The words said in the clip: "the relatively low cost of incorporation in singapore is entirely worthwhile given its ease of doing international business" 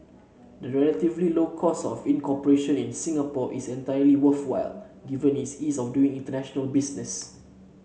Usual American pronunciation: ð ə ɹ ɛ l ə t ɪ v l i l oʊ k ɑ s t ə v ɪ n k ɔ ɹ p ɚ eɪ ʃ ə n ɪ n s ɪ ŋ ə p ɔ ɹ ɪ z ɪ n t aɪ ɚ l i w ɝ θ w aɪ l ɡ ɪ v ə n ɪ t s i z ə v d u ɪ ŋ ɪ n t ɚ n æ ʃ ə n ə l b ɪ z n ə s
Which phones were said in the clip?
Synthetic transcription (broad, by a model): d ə ɹ ɛ l ə t ɪ v l i l oʊ k ɑ s ə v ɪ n k ɔ p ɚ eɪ ʃ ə n ɪ n s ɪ ŋ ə p ɔ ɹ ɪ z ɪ n t aɪ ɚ l i w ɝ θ w aɪ l ɡ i v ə n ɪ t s i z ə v d u ɪ ŋ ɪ n t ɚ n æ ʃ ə n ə l b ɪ s n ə s